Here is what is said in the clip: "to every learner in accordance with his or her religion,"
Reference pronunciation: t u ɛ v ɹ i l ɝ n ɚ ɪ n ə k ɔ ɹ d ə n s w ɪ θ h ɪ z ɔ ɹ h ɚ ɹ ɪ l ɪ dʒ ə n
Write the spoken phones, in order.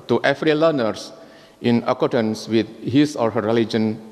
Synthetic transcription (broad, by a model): t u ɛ f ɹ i l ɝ n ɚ ɪ n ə k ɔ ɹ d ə n s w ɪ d h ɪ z ɔ ɹ h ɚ ɹ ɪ l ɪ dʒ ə n